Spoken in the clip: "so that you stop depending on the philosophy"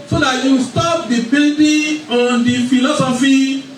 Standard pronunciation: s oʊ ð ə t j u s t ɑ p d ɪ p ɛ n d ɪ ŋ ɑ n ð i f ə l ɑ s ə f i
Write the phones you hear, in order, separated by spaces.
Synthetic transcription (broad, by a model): s oʊ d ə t j u s t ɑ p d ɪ b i l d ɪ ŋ ɑ n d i f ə l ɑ s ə f i